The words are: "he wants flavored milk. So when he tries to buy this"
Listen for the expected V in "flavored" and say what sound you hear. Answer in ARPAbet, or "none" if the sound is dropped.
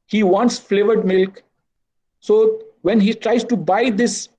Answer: V